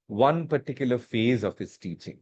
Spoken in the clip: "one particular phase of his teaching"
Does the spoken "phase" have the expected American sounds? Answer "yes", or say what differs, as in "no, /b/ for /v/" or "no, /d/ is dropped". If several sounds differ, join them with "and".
yes